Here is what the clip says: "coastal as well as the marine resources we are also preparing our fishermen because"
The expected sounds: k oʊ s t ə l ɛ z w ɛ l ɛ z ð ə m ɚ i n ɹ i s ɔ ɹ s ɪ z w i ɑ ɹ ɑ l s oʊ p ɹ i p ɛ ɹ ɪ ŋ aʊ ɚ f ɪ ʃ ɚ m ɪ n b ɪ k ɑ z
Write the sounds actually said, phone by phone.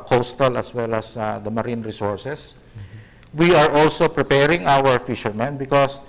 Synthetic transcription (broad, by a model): k oʊ s t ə l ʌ s w ɛ l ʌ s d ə m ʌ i n ɹ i s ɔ ɹ s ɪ s w i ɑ ɹ ɑ l s oʊ p ɹ i p ɛ ɹ ɪ ŋ aʊ ɚ f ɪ ʃ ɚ m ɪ n b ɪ k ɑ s